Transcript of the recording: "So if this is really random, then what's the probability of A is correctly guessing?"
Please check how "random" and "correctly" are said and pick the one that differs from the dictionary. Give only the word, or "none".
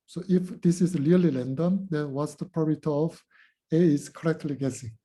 random